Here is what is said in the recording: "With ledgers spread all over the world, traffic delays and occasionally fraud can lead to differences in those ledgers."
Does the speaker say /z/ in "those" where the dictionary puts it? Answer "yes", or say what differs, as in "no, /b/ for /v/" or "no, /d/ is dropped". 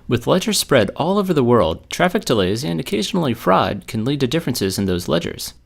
yes